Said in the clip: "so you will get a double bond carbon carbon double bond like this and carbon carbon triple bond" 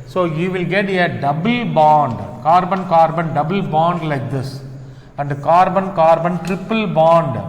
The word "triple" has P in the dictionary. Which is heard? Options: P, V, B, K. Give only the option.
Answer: P